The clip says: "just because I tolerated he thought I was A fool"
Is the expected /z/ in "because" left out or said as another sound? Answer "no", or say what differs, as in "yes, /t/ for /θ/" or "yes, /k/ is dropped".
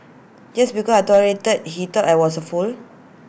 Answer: yes, /z/ is dropped